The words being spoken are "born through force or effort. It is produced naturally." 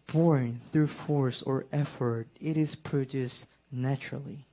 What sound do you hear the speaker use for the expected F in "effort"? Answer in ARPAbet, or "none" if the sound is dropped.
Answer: F